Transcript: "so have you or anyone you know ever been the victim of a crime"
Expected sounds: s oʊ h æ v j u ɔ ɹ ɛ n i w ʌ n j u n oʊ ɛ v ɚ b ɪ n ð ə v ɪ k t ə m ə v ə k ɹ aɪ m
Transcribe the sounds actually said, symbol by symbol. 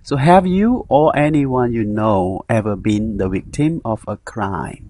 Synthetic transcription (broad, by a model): s oʊ h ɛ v j u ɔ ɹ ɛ n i w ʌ n j u n oʊ ɛ v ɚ b ɪ n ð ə w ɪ k t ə m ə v ə k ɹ aɪ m